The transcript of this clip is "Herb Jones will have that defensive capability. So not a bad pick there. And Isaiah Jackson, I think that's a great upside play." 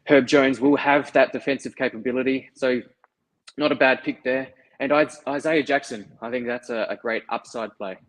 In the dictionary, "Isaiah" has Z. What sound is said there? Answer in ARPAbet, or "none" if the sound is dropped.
Z